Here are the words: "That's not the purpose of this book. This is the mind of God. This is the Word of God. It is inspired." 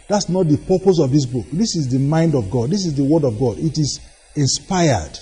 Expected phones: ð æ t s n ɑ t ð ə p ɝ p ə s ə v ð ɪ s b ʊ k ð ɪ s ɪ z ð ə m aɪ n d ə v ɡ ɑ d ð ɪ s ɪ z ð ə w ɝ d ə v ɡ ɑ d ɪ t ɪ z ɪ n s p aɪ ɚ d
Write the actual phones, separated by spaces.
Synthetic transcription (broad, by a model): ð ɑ t s n ɑ t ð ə p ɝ p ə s ə v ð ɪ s b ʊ k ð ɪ s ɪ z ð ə m aɪ n d ə v ɡ ɑ d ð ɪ s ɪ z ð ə w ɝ d ə v ɡ ɑ d ɪ t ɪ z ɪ n s p aɪ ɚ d